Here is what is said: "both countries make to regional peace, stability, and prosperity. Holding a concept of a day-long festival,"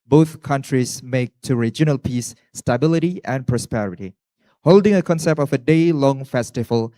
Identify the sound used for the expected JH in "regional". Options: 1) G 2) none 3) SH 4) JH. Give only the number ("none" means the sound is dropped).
4